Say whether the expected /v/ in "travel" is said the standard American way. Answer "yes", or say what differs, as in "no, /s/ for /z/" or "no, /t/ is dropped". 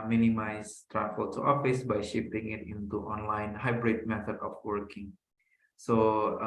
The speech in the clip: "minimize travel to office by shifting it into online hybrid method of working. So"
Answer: no, /f/ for /v/